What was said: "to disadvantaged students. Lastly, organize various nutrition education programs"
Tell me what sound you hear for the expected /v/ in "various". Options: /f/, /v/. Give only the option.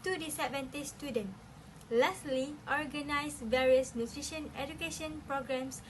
/v/